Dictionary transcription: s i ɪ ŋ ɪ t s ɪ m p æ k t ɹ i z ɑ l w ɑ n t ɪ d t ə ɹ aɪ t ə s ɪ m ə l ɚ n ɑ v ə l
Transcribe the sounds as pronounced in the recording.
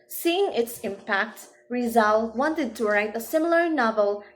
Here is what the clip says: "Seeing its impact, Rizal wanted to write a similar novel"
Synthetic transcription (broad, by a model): s i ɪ ŋ ɪ t s ɪ m p æ k t ɹ i z ɑ l w ɑ n t ɪ d t ə ɹ aɪ t ə s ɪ m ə l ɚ n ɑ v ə l